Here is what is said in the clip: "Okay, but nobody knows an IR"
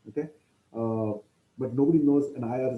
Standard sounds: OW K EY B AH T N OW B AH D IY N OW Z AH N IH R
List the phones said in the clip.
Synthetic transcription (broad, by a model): OW K EY B AH T N OW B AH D IY N OW Z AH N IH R